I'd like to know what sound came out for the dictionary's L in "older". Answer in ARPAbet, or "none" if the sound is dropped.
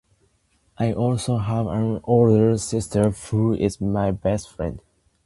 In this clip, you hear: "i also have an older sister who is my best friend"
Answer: L